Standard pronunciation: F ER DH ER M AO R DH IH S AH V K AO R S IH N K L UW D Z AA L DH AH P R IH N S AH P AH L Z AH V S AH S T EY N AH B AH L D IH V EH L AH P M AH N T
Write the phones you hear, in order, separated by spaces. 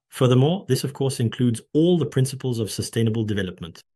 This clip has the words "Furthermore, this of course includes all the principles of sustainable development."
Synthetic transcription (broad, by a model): F ER DH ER M AO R DH IH S AH V K AO R S IH N K L UW D Z AA L DH AH P R IH N S AH P AH L Z AH V S AH S T EY N AH B AH L D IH V EH L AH P M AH N T